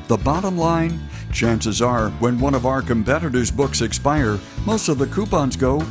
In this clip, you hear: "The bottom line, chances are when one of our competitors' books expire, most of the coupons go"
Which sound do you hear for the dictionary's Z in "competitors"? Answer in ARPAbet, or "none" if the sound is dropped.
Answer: Z